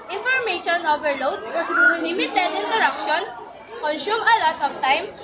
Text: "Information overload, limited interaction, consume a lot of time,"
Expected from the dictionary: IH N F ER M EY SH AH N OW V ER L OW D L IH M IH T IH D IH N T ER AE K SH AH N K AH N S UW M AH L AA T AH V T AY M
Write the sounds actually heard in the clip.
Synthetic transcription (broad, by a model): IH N F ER M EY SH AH N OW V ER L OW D N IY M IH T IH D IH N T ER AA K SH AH N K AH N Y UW M AH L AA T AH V T AY M